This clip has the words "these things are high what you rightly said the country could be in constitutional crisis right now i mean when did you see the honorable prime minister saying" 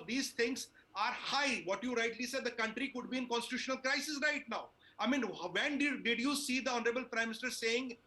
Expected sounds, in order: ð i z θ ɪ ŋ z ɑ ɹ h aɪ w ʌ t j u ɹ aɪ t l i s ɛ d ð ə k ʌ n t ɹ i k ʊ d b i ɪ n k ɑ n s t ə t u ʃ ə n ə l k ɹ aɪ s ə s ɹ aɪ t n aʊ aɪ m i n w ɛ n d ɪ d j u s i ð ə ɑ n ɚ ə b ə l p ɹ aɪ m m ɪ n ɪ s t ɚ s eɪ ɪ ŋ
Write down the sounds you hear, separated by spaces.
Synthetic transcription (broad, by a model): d i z t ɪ ŋ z ɑ ɹ h aɪ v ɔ t j u ɹ aɪ t l i s ɛ d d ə k ʌ n t ɹ i k ʊ d b i ɪ n k ɑ n s t ə t u ʃ ə n ə l k ɹ aɪ s ə s ɹ aɪ t n aʊ aɪ m i n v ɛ n d ɪ d j u s i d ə ɑ n ɚ ə b ə l p ɹ aɪ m m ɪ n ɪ s t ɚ s eɪ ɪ ŋ